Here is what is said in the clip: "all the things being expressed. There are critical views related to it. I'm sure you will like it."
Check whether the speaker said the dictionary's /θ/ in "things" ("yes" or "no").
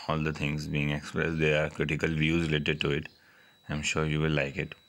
no